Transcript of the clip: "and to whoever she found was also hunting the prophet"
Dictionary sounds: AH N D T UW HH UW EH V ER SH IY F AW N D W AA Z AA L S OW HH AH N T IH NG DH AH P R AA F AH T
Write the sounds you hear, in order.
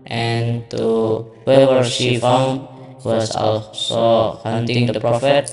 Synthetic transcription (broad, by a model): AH N T UW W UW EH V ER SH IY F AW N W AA S AA L S OW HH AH N T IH NG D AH P R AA F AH T